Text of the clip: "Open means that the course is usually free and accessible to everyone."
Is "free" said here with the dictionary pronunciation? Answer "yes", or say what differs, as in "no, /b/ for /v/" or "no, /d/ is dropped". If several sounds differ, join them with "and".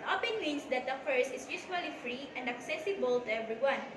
yes